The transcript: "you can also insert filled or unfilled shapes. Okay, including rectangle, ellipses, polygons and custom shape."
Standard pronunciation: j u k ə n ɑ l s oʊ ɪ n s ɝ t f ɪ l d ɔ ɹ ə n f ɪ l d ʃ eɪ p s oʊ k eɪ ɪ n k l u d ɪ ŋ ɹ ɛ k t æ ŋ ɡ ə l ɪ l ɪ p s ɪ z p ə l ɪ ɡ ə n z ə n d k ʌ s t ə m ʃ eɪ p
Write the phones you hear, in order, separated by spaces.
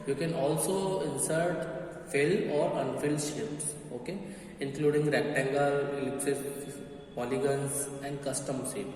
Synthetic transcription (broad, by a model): j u k ə n ɑ l s oʊ ɪ n s ɝ t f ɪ l ɔ ɹ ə n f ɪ l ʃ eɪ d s oʊ k eɪ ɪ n k l u d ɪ ŋ ɹ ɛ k t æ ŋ ɡ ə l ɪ l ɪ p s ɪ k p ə l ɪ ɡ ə n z ə n d k ʌ s t ə m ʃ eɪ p